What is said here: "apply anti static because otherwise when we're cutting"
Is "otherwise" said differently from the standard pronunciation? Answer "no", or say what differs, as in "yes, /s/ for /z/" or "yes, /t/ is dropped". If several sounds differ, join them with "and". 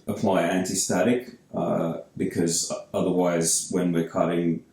no